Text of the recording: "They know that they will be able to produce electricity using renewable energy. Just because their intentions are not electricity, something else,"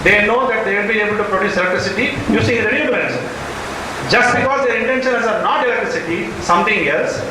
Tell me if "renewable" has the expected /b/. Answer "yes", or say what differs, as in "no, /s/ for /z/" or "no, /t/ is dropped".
no, /b/ is dropped